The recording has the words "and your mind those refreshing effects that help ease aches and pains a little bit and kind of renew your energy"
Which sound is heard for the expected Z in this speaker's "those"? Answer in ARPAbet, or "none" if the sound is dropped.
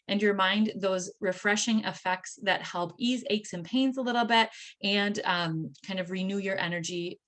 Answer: Z